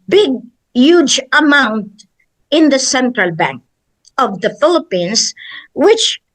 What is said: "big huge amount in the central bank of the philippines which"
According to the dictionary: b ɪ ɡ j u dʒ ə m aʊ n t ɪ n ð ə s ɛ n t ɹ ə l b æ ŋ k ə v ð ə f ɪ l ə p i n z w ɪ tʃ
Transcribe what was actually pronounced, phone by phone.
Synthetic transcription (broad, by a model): b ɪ ɡ j u dʒ ə m aʊ n t ɪ n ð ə s ɛ n t ɹ ə l b æ ŋ k ə v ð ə f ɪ l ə p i n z w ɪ tʃ